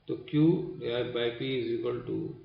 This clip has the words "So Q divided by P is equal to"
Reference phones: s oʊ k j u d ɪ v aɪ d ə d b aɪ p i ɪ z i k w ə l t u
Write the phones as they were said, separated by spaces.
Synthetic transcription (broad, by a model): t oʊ k j u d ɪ aɪ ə b aɪ p i ɪ z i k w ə l t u